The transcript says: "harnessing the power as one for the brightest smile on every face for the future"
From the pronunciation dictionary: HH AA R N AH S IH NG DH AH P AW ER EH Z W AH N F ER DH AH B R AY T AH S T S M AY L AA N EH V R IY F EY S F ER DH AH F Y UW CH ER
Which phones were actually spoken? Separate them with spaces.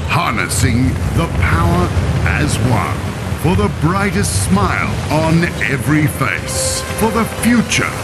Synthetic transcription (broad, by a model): HH AA R N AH S IH NG DH AH P AW ER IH Z W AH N F ER DH AH B R AY T AH S T S M AY L N EH V R IY F EY S F ER DH AH F Y UW CH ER